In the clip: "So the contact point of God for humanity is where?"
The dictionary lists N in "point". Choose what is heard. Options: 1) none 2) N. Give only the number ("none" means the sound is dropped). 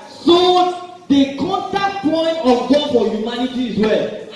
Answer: 2